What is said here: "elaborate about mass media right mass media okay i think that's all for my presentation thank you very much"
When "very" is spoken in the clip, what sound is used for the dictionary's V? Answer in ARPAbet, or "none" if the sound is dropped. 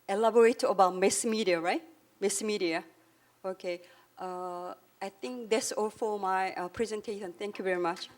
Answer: V